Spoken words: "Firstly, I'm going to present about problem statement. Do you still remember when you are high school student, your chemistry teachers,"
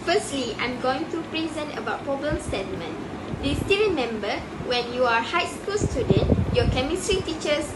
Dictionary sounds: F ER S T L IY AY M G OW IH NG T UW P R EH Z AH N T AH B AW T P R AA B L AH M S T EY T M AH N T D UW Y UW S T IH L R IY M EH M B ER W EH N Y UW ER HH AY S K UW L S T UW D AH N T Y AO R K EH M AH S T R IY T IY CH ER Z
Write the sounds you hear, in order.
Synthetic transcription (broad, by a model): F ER S T L IY AY M G OW IH NG T UW P R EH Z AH N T AH B AW T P AA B AH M S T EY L M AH N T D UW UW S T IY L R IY M EH M B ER W EH N Y UW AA HH AY S K UW L S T UW D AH N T Y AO K EH M AH S T R IY T IY CH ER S